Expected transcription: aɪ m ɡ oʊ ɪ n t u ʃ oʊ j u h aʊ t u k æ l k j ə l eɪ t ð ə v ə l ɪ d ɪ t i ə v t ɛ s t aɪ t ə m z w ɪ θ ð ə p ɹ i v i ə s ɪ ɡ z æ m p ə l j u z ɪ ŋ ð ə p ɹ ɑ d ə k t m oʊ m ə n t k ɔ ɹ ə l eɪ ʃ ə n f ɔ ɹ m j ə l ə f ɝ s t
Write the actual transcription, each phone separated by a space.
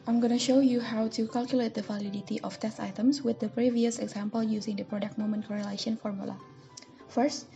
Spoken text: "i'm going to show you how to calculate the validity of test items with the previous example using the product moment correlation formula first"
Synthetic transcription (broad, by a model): aɪ m ɡ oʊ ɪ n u ʃ oʊ j u h aʊ t u k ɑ l k j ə l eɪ t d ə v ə l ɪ d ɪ t i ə f t ɛ s t aɪ t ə m s w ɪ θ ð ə p ɹ i v i ə s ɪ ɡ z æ m p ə l j u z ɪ ŋ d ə p ɹ ɑ d ə k t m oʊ m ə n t k ɔ ɹ ə l eɪ ʃ ə n f ɔ ɹ m j ə l ə f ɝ s t